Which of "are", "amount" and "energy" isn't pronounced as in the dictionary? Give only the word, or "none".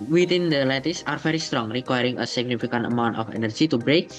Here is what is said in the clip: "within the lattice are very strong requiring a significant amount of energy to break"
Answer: none